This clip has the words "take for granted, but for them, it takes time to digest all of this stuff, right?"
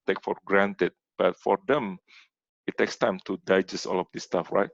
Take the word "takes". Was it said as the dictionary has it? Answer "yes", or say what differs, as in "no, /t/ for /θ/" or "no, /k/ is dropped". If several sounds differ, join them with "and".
yes